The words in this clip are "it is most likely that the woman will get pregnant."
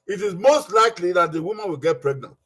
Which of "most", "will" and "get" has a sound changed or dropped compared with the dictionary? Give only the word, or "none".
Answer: none